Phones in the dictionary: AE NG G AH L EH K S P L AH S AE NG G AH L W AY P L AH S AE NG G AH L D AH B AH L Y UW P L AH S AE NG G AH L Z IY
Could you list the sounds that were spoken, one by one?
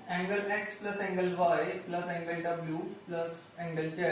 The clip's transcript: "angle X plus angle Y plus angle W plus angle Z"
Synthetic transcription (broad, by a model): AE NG G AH L EH K S P L AH S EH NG G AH L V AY P L AH S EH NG G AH L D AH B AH L Y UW P L AH S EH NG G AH L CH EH